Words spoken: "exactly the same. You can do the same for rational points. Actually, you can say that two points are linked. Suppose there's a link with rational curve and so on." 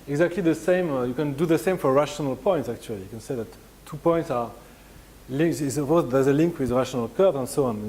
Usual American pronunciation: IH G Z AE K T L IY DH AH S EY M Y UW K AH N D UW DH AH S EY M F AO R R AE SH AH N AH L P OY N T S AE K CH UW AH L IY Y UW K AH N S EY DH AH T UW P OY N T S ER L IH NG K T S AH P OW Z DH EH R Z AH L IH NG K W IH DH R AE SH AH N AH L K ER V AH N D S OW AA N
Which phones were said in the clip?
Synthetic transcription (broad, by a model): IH G Z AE K T L IY DH AH S EY M Y UW K AH N D UW DH AH S EY M F AO R R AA SH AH N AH L P OY N T S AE K CH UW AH L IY Y UW K AH N S EY DH AH T UW P OY N T S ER L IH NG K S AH OW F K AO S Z AH L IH NG K W IH DH R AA SH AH N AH L K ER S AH N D S OW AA N